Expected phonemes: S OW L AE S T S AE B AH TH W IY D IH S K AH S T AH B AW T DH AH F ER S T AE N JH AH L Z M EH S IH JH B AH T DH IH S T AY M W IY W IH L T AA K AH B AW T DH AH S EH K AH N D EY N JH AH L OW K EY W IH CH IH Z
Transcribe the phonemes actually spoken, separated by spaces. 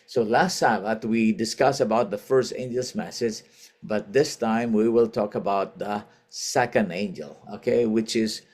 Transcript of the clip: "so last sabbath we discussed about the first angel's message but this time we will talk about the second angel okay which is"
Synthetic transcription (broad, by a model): S OW L AE S T S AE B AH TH W IY D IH S K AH S AH B AW T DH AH F ER S T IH N JH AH L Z M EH S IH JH B AH T DH IH S T AY M W IY W IH L T AA K AH B AW T DH AH S EH K AH N D EY N JH AH L OW K EY W IH CH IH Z